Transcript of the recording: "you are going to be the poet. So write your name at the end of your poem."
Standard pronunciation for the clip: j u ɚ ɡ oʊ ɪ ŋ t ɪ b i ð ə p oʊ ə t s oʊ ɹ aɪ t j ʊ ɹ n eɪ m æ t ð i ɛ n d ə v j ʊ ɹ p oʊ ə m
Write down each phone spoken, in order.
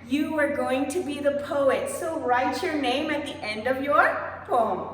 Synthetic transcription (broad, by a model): j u ɚ ɡ oʊ ɪ ŋ t ɪ b i ð ə p oʊ ə t s oʊ ɹ aɪ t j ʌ ɹ n eɪ m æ t ð i ɛ n d ə v j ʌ ɹ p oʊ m